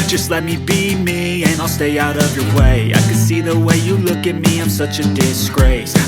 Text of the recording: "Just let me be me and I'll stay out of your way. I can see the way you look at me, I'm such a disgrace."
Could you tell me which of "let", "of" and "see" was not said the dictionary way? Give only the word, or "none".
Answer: none